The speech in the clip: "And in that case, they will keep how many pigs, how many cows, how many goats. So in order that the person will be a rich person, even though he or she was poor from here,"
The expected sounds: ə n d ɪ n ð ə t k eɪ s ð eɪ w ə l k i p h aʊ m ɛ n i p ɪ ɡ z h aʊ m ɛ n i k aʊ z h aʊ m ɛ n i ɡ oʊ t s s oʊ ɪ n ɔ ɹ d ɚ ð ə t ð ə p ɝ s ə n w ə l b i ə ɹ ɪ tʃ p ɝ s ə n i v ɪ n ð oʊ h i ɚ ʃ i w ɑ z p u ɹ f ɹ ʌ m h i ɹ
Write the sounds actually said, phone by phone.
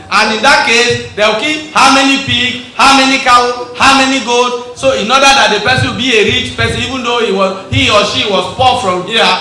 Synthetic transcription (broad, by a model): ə n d ɪ n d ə t k eɪ s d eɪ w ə k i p h aʊ m ɛ n i p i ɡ h aʊ m ɛ n i k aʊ h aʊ m ɛ n i ɡ oʊ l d s oʊ ɪ n ɔ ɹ d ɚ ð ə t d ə p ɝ s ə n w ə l b i ə ɹ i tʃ p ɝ s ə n i v ɪ n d oʊ h i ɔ ʃ i w ɑ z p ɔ f ɹ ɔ m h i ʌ